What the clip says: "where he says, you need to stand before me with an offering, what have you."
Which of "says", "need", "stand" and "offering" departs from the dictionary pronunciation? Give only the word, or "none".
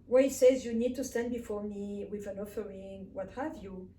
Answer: none